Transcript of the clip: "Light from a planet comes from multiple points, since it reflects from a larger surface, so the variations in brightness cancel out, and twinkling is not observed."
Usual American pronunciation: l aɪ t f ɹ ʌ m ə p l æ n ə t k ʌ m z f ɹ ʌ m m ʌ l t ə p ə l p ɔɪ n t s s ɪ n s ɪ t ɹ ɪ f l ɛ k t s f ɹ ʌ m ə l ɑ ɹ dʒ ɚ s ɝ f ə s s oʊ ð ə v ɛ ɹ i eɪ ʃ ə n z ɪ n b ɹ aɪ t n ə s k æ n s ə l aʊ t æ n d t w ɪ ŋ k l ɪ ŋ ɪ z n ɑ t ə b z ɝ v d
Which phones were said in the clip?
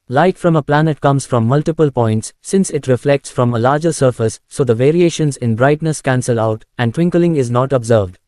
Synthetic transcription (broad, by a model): l aɪ t f ɹ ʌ m ə p l æ n ə t k ʌ m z f ɹ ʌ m m ʌ l t ə p ə l p ɔɪ n t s s ɪ n s ɪ t ɹ ɪ f l ɛ k t s f ɹ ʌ m ə l ɑ ɹ dʒ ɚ s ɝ f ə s s oʊ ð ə v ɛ ɹ i eɪ ʃ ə n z ɪ n b ɹ aɪ t n ə s k æ n s ə l aʊ t æ n d t w ɪ ŋ k l ɪ ŋ ɪ z n ɑ t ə b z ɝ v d